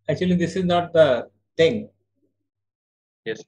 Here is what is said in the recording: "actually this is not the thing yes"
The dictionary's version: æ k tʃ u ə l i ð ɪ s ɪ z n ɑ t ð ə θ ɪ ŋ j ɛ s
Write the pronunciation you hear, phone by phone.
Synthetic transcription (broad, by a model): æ k tʃ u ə l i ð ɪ s ɪ z n ɑ t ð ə t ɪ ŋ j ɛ s